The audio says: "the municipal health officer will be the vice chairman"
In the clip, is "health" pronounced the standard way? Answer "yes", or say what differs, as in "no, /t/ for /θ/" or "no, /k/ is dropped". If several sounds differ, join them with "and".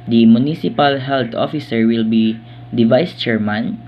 no, /t/ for /θ/